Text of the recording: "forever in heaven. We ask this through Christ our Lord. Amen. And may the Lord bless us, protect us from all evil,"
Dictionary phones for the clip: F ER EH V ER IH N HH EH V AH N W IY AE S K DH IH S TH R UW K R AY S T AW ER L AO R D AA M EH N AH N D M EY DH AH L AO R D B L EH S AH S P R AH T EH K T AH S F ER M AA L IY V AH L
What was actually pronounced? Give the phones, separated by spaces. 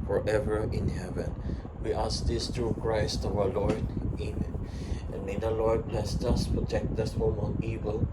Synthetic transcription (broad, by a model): F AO EH V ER IH N HH EH V AH N W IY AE S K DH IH S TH R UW K R AY S T AW ER L AO R D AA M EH AH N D M EY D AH L AO R D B L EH S AH S P R AH T EH K T AH S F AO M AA N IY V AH L